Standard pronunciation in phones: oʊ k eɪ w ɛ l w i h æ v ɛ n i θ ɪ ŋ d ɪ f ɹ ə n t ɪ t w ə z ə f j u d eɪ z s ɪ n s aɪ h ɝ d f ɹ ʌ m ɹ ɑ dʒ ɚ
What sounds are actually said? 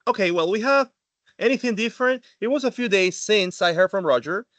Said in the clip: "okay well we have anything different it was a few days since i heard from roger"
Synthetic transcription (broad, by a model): oʊ k eɪ w ɛ l w i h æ v ɛ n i θ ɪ ŋ d ɪ f ɹ ə n t ɪ t w ə z ə f j u d eɪ z s ɪ n s aɪ h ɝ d f ɹ ʌ m ɹ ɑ dʒ ɚ